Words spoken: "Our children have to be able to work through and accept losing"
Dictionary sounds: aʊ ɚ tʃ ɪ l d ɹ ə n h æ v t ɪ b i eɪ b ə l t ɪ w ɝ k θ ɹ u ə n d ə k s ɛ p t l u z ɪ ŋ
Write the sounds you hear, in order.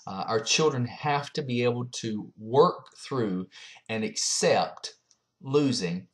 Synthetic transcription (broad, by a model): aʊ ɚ tʃ ɪ l d ɹ ə n h æ f t ɪ b i eɪ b l t ɪ w ɝ k θ ɹ u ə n ə k s ɛ p t l u z ɪ ŋ